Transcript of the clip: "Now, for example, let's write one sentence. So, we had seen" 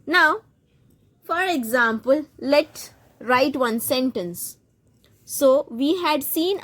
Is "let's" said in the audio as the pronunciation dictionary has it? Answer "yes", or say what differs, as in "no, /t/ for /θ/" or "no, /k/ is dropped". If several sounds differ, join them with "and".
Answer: no, /s/ is dropped